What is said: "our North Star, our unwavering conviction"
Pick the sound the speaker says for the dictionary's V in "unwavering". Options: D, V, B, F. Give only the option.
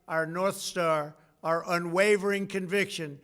V